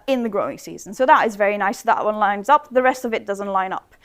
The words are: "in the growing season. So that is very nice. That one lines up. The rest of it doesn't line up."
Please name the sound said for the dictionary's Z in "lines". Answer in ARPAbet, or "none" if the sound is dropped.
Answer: Z